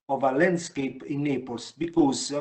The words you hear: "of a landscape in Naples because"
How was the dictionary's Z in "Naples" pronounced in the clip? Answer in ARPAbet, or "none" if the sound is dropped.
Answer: S